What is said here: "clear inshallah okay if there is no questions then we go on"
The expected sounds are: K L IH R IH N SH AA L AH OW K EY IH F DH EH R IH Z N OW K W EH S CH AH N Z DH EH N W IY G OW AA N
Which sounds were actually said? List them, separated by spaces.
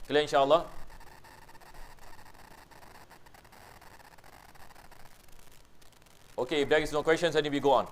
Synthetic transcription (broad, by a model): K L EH IH N SH AA L AH OW K EY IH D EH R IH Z N OW K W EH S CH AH N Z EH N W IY G OW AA N